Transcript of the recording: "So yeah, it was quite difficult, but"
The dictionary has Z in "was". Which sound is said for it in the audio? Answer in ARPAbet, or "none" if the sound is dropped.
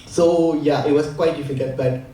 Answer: S